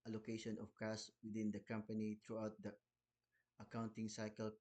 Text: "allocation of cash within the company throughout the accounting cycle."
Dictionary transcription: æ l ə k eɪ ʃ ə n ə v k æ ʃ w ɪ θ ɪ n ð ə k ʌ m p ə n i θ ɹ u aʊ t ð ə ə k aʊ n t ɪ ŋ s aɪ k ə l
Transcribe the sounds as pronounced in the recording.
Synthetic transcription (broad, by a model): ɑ l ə k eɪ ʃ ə n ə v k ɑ s w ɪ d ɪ n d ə k ʌ m p ə n i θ ɹ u aʊ t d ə ə k aʊ n t ɪ ŋ s aɪ k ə l